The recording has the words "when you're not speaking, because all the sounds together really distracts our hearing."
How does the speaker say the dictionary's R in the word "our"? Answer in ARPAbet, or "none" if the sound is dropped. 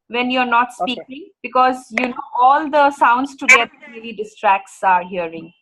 R